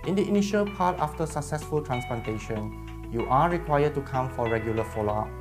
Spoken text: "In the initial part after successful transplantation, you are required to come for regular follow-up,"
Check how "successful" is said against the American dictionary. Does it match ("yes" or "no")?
yes